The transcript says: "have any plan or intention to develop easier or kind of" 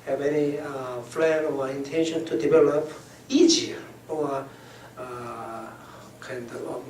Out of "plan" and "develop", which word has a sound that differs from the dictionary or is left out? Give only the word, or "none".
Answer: plan